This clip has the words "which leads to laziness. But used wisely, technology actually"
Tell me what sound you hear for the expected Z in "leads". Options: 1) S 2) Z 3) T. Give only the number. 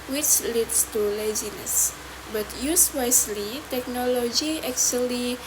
1